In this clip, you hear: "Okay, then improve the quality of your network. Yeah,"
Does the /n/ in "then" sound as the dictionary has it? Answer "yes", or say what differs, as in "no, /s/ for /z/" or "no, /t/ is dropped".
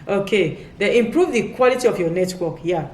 no, /n/ is dropped